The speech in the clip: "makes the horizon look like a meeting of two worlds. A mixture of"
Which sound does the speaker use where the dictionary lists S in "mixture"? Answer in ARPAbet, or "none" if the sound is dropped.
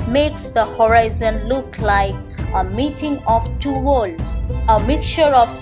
none